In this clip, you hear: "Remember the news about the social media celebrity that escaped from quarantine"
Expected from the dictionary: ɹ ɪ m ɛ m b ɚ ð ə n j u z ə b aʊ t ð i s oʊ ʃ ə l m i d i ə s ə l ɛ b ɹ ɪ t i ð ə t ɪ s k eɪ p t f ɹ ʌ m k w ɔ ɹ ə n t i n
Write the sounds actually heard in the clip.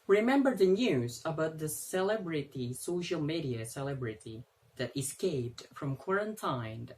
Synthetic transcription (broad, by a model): ɹ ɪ m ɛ m b ɚ ð ə n j u z ə b aʊ t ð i s oʊ ʃ ə l m i d i ə s ə l ɛ b ɹ ɪ t i ð ə t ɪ s k eɪ p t f ɹ ʌ m k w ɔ ɹ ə n t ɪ n